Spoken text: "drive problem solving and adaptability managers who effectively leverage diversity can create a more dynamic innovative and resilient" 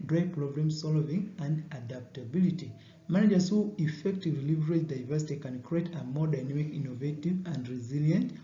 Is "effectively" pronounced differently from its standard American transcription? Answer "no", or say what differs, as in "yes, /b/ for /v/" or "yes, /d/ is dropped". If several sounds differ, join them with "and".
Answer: no